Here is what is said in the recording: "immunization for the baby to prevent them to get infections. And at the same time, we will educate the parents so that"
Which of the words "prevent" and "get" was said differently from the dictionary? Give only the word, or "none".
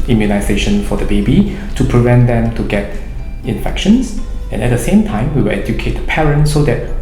none